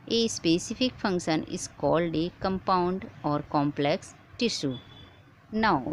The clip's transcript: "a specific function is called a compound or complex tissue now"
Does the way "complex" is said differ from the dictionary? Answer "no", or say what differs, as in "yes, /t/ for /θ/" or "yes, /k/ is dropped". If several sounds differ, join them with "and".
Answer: no